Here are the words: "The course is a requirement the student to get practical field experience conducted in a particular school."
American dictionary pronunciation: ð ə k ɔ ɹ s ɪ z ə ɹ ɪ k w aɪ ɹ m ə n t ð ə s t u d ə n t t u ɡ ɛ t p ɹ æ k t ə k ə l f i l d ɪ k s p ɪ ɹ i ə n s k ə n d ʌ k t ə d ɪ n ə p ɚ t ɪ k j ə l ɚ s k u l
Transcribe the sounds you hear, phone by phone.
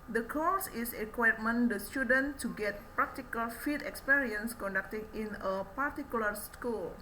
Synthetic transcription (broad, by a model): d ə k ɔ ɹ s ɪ ə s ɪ k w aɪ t m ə n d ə s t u d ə n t t u ɡ ɛ t p ɹ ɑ k t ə k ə l f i d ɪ k s p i ɹ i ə n s k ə n d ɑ k t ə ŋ ɪ n ə p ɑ t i k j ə l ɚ s k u l